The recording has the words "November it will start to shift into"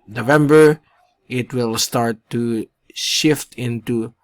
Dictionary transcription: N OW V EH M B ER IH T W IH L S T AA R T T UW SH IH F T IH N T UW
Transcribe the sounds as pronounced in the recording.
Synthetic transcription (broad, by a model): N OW V EH M B ER IH T W IH L S T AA R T T UW SH IH F T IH N T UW